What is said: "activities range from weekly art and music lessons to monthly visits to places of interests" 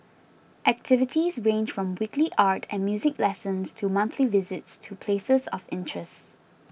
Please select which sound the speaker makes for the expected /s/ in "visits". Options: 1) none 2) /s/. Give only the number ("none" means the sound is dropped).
2